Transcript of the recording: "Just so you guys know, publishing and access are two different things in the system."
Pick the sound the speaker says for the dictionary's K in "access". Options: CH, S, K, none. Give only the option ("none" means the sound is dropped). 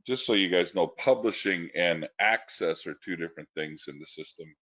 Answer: K